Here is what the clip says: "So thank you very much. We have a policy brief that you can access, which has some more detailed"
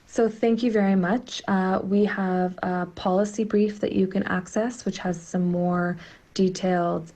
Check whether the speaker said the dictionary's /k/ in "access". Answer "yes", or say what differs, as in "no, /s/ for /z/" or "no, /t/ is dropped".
yes